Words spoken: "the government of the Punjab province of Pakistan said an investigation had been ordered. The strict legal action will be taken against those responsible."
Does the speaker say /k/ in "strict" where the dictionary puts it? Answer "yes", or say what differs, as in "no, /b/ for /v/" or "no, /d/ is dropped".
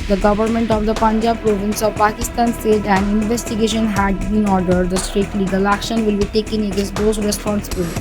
no, /k/ is dropped